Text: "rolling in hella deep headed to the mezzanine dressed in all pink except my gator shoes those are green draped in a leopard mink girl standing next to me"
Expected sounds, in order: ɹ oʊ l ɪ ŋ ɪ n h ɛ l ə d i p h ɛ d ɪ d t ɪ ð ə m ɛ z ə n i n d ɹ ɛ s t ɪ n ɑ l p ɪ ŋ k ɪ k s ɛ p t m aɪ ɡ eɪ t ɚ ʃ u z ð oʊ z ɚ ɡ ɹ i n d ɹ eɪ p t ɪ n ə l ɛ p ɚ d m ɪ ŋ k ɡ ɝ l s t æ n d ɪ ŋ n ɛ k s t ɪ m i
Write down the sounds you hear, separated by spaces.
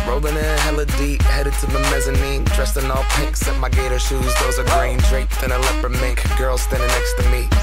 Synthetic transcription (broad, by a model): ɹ oʊ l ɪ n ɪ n h ɛ l ə d i p h ɛ d ɪ d t ɪ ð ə m ɛ z ə n i n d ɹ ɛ s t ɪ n ɑ l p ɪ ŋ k k s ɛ t m aɪ ɡ eɪ t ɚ ʃ u z ð oʊ z ɚ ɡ ɹ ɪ n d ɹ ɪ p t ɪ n ə l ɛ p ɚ m ɪ ŋ k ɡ ɝ l s t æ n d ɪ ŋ n ɛ k s t ɪ m i